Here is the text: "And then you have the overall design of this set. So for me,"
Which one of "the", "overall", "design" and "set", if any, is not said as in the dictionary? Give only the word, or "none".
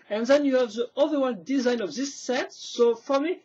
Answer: overall